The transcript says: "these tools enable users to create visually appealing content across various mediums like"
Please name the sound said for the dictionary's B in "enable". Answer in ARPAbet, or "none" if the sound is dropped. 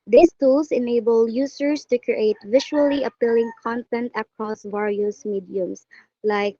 B